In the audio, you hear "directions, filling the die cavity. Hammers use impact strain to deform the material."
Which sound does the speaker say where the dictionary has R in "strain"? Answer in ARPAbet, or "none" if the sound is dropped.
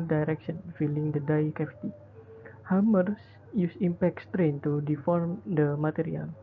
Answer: R